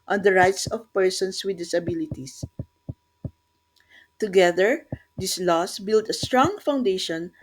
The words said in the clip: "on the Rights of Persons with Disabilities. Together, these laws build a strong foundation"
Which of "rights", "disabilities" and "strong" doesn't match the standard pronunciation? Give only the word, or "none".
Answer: disabilities